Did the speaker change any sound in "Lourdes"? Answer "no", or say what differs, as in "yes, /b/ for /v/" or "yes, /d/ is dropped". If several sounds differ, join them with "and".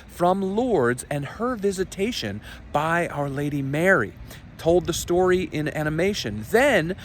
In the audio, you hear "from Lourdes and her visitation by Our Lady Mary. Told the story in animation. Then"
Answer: no